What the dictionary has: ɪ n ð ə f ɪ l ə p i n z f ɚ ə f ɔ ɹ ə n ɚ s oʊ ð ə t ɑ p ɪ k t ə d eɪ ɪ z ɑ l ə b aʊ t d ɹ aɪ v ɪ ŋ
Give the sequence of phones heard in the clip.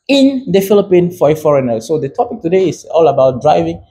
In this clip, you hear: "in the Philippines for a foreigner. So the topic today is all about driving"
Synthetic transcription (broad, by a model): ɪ n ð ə f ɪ l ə p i n f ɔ ə f ɔ ɹ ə n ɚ s oʊ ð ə t ɑ p ɪ k t ə d eɪ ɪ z ɑ l ə b aʊ t d ɹ aɪ v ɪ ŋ